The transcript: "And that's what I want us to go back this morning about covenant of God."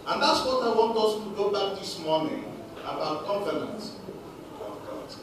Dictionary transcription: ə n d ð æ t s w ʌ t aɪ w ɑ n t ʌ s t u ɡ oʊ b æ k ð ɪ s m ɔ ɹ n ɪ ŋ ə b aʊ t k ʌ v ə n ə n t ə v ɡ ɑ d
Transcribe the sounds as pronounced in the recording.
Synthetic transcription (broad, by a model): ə n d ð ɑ t s w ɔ t aɪ w ɑ n t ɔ s t u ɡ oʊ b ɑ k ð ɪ s m ɔ n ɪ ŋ ə b aʊ t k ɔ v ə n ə n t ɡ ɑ